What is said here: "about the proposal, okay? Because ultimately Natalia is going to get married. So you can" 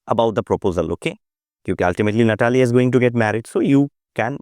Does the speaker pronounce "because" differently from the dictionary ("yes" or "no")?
yes